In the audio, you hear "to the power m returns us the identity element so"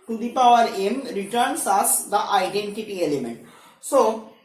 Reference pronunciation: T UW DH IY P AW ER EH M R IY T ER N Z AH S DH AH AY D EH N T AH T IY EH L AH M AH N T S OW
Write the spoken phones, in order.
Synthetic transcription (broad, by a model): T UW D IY P AW ER EH M R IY T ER N S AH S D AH AY D EH N T AH T IY EH L AH M AH N T S OW